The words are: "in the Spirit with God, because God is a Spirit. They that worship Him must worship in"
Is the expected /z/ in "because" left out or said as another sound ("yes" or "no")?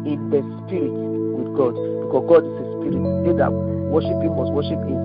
yes